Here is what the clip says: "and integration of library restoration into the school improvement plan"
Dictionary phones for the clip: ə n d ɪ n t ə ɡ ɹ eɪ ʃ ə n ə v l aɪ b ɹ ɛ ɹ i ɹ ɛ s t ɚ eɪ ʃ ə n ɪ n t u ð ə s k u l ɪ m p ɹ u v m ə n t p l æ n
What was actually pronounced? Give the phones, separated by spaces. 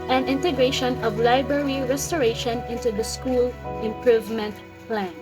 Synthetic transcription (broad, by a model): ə n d ɪ n t ə ɡ ɹ eɪ ʃ ə n ə v l aɪ b ɹ ɛ ɹ i ɹ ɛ s t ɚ eɪ ʃ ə n ɪ n t u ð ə s k u l ɪ m p ɹ u v m ə n t p l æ n